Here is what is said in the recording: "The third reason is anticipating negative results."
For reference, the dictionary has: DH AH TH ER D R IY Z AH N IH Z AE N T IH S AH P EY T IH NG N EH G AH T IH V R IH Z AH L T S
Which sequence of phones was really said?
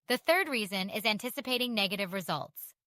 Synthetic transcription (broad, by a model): DH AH TH ER D R IY Z AH N IH Z AE N T IH S AH P EY T IH NG N EH G AH T IH V R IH Z AH L T S